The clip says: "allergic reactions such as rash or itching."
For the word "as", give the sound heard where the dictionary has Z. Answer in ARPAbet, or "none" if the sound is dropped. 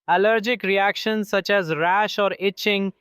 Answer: Z